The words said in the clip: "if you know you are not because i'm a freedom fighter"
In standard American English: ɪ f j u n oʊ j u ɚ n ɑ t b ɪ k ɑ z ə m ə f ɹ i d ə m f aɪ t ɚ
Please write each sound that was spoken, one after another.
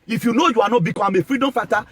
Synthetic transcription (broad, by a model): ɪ f j u n oʊ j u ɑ n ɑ b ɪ k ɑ ə m ə f ɹ i d ə m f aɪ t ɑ